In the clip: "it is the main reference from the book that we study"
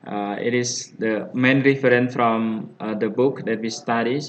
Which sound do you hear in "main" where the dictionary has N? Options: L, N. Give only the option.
N